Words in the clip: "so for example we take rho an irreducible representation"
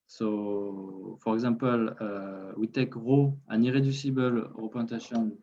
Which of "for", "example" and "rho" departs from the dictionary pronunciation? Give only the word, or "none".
example